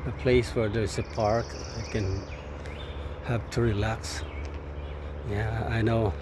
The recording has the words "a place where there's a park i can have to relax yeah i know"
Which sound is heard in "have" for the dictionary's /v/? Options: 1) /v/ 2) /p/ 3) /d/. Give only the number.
2